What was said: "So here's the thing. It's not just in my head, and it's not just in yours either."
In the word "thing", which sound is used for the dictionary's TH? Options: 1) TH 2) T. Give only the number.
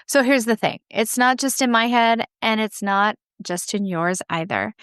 1